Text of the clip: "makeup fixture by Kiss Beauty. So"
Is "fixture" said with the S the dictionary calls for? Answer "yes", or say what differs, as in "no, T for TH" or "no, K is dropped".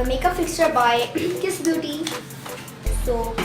yes